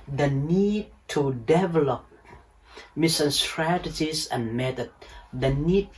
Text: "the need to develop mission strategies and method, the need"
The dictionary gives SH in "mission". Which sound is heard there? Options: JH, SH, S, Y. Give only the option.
S